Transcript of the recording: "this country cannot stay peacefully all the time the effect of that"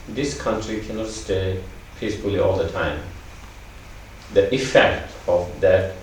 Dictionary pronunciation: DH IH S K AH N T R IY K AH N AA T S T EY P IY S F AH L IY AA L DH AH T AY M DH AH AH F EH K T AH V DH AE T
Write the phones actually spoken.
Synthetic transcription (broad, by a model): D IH S K AH N T R IY K AH N AA T S T EY P IY S F AH L IY AA L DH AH T AY M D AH AH F EH K T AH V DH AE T